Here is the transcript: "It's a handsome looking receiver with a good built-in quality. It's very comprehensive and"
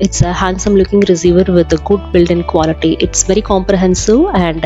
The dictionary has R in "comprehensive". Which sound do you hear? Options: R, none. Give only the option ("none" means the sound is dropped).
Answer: R